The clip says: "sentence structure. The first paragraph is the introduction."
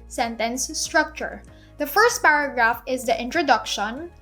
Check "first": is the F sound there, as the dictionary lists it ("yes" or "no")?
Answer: yes